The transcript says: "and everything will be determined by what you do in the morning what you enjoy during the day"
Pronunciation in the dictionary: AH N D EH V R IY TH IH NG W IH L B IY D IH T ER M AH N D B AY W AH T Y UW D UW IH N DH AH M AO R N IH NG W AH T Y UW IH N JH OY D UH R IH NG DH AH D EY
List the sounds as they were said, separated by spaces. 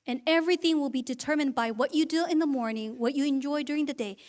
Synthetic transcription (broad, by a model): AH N EH V R IY TH IH NG W IH L B IY D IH T ER M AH N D B AY W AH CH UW D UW IH N DH AH M AO R N IH NG W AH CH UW IH N JH OY D UH R IH NG DH AH D EY